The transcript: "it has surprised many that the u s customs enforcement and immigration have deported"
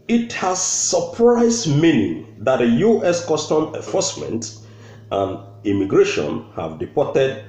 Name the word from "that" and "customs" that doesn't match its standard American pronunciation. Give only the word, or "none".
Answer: customs